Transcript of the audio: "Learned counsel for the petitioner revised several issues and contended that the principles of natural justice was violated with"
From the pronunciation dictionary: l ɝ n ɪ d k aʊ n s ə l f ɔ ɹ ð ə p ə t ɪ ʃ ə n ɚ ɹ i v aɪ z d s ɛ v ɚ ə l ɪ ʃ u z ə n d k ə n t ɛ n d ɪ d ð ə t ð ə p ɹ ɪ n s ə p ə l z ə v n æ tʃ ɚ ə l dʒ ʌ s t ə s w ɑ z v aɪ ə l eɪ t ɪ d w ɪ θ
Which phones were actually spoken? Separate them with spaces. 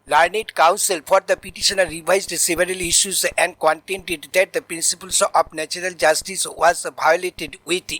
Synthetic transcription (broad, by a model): l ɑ n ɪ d k aʊ n s ə l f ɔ ɹ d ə p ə t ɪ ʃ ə n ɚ ɹ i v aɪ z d s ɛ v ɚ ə l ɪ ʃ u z ə n d k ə n t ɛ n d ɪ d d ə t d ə p ɹ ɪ n s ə p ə l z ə p n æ tʃ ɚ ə l dʒ ʌ s t ə s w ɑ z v aɪ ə l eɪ t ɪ d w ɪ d